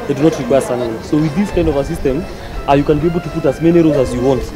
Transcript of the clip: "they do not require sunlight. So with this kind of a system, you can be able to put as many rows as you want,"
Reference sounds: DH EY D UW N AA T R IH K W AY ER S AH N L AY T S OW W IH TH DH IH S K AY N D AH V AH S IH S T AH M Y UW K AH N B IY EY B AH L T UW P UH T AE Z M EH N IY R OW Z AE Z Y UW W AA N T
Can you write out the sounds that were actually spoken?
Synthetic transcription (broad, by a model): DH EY D UW N AA T R IH K W AY ER S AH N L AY S OW W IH DH IH S K AY N D AH V AH S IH S T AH M Y UW K AH N B IY EY B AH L T UW P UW T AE Z M EH N IY R OW Z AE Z Y UW W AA N T